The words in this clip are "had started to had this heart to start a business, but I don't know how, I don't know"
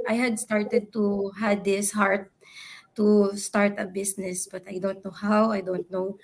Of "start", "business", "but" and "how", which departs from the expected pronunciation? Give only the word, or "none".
business